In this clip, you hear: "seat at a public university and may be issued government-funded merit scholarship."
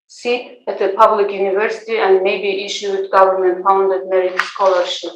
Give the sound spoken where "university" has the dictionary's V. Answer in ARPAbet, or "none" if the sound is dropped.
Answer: V